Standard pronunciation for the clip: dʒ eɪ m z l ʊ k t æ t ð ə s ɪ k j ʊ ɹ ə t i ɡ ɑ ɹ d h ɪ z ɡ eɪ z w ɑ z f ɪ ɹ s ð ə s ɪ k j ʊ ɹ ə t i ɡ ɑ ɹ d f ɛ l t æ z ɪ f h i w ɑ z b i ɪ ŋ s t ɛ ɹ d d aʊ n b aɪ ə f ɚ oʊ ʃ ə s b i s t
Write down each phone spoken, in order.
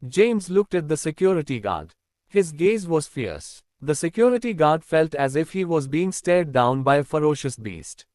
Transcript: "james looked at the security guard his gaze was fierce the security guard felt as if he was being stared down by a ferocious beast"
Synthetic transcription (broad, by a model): dʒ eɪ m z l ʊ k t æ t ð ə s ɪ k j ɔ ɹ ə t i ɡ ɑ ɹ d h ɪ z ɡ eɪ z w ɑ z f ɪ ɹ s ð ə s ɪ k j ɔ ɹ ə t i ɡ ɑ ɹ d f ɛ l t æ z ɪ f h i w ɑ z b i ɪ ŋ s t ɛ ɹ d d aʊ n b aɪ ə f ɚ oʊ ʃ ə s b i s t